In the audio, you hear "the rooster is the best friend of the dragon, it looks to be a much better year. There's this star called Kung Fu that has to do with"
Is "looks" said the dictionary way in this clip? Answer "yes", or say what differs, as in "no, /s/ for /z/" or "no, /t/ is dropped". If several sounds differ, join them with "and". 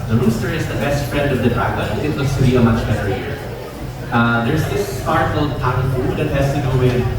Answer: no, /k/ is dropped